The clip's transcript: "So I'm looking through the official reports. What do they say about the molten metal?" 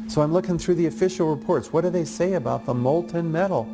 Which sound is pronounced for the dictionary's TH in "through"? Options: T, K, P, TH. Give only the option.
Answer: TH